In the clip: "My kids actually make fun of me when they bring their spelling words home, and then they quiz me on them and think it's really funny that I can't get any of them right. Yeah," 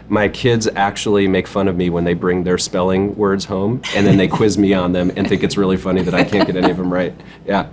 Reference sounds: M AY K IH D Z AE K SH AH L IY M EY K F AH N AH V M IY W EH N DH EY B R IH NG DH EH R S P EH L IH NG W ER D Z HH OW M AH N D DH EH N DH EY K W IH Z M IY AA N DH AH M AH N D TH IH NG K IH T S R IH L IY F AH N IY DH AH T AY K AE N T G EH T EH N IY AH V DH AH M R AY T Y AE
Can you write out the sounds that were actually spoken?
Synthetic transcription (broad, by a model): M AY K IH D Z AE K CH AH L IY M EY K F AH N AH V M IY W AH N DH EY B R IH NG DH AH R S P EH L IH NG W ER D Z HH OW M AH N DH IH N DH EY K W IH Z M IY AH N DH AH M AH N TH IH NG K IH T S R IH L IY F AH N IY DH AH T AY K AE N G EH T EH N IY AH V DH AH M R AY T Y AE